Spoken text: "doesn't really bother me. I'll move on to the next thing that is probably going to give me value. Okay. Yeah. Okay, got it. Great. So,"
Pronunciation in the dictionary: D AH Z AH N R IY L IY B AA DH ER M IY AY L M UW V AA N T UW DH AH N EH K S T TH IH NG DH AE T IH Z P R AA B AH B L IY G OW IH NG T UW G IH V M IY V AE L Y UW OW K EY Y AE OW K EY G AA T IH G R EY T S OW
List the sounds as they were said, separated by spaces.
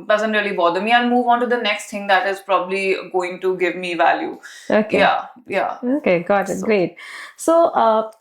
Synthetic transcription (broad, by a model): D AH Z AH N R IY L IY B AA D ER M IY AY N M UW V AA N T UW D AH N EH K S T T IH NG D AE T IH Z P R AA B AH B L IY G OW IH NG T UW G IH V M IY V AE L Y UW OW K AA Y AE OW K EY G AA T IH G R EY T S OW